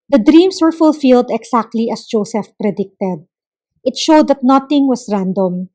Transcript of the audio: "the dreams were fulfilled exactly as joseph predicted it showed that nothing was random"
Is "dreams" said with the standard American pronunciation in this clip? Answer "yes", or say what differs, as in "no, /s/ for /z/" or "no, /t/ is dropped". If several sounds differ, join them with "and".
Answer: no, /s/ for /z/